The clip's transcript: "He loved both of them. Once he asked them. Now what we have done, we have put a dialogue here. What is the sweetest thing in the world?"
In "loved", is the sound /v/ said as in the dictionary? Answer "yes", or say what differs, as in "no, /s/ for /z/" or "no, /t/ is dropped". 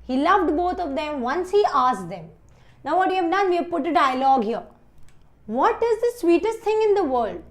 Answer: yes